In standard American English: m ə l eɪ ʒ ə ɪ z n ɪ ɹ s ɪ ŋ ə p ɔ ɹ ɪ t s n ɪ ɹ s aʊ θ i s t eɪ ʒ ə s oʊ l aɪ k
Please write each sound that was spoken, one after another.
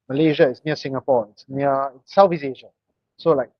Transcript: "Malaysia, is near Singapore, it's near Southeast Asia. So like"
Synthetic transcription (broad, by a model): m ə l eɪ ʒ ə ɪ s n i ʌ s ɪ ŋ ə p ɔ ɪ t s n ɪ s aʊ f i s eɪ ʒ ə s oʊ l aɪ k